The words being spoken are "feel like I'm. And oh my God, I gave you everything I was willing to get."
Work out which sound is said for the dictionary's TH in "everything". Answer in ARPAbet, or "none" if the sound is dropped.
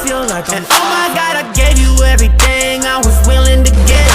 TH